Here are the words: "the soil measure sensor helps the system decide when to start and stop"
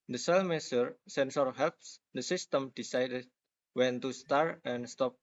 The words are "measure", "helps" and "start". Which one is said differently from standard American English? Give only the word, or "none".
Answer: measure